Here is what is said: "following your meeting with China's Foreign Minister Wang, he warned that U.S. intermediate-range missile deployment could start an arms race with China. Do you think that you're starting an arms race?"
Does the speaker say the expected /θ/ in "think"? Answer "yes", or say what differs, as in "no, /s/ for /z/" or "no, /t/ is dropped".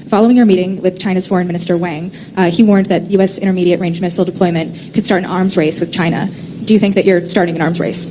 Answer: yes